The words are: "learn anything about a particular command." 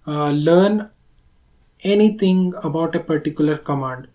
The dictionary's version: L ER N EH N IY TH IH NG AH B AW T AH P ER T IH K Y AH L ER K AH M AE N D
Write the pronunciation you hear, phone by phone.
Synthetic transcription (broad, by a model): L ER N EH N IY T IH NG AH B AW T AH P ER T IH K Y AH L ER K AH M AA N D